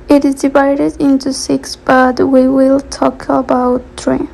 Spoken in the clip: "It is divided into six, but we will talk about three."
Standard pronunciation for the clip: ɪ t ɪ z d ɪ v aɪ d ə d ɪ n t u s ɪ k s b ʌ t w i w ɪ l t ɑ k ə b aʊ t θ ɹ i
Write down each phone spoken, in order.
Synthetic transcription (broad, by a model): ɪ t ɪ z d ɪ v aɪ d ə d ɪ n t u s ɪ k s b ʌ t w i w ɪ l t ɑ k ə b aʊ t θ ɹ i